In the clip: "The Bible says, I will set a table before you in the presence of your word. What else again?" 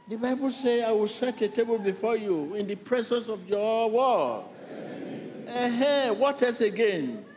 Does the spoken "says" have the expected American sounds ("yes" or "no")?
no